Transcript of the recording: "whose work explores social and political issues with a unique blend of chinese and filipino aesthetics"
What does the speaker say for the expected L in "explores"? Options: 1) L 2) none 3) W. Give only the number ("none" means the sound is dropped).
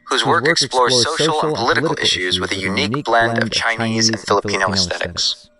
1